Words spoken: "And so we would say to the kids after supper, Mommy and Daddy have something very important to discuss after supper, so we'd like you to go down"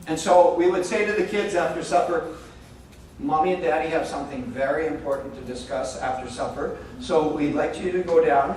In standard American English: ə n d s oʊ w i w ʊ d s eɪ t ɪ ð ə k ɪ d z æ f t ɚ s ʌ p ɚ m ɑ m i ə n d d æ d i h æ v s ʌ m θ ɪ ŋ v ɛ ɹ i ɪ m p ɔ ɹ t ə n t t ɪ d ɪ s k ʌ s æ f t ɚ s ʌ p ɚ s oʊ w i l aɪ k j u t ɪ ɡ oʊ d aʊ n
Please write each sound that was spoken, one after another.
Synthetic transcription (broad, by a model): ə n s oʊ w i w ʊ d s eɪ t ɪ ð ə k ɪ d z æ f t ɚ s ʌ p ɚ m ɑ m i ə n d d æ d i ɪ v s ʌ m θ ɪ ŋ v ɛ ɹ i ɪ m p ɔ ɹ t n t t ɪ d ɪ s k ʌ s æ f t ɚ s ʌ p ɚ s oʊ w i l aɪ k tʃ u t ɪ ɡ oʊ d aʊ n